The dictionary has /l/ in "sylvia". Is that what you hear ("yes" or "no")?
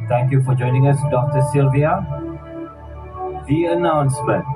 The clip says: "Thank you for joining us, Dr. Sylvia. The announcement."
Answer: yes